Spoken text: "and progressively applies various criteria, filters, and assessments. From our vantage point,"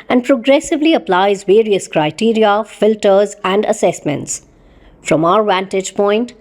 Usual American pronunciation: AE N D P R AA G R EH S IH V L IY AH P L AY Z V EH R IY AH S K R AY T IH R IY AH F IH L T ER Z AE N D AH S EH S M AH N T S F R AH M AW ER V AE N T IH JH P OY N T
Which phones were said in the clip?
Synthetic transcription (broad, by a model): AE N D P R AA G R EH S IH V L IY AH P L AY Z V EH R IY AH S K R AY T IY R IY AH F IH L T ER Z AE N D AH S EH S M AH N T S F R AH M AW ER V AE N T IH JH P OY N T